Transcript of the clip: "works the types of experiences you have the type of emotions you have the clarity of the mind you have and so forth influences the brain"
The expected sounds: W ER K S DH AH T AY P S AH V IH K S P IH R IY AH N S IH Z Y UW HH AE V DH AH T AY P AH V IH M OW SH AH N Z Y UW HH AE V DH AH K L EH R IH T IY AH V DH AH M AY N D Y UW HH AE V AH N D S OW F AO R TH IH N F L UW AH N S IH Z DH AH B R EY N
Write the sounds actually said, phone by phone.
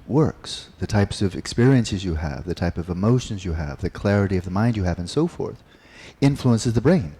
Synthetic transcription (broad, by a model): W ER K S DH AH T AY P S AH V IH K S P IH R IY AH N S IH Z Y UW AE V DH AH T AY P AH V IH M OW SH AH N Z Y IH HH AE V DH AH K L EH R IH T IY AH V DH AH M AY N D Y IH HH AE V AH N S OW F AO R TH IH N F L UW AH N S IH Z DH AH B R EY N